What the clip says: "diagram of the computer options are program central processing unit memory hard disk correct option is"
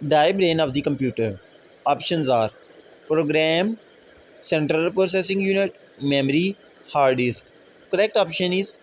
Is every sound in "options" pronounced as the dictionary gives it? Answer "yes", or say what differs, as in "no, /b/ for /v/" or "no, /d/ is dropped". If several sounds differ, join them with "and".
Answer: yes